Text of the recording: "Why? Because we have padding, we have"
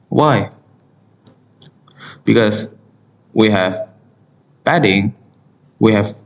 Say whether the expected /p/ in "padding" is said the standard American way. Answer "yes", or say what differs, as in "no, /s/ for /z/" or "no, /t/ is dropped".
no, /b/ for /p/